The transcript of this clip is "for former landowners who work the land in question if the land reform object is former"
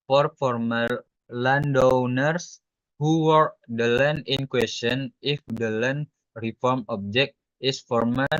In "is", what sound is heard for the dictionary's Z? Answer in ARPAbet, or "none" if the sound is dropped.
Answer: S